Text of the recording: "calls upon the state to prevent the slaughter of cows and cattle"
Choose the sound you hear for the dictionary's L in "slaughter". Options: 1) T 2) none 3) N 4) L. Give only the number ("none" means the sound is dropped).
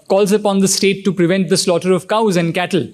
4